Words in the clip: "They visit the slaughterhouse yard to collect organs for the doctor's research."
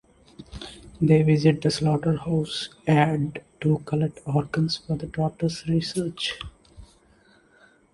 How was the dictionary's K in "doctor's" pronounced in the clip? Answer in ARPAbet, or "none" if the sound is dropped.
none